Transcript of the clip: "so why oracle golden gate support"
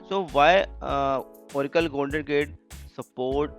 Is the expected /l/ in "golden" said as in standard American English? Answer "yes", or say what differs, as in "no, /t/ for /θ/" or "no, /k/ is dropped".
no, /n/ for /l/